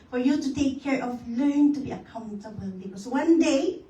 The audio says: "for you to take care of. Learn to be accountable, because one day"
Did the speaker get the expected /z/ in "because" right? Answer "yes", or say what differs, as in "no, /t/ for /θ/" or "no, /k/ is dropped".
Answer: no, /s/ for /z/